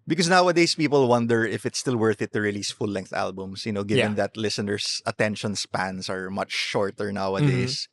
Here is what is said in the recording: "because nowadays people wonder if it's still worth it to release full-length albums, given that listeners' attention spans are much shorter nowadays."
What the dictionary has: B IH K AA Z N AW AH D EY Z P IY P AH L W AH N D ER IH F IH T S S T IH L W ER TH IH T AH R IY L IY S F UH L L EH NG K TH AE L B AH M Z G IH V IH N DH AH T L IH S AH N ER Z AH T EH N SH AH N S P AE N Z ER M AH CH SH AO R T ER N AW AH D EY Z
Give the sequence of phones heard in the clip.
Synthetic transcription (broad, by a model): B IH K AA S N AW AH D EY S P IY P AH L W AH N D ER IH F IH T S S T IH L W ER TH IH T AH R IY L IY S F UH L L EH NG K TH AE L B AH M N G IH V IH N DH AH T L IH S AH N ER S AH T EH N SH AH N S P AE N S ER M AH CH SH AO R T ER N AW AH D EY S